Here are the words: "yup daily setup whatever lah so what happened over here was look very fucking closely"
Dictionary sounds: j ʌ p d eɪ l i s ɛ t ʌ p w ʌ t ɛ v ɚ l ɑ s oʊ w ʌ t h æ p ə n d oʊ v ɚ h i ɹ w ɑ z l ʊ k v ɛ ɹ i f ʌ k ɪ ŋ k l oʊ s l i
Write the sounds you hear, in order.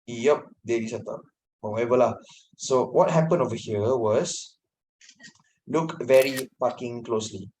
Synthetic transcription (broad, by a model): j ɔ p d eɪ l i s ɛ t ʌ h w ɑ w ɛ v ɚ l ɑ s oʊ w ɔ t h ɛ p ə n oʊ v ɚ h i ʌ w ɑ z l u k v ɛ ɹ i p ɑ k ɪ ŋ k l oʊ s l i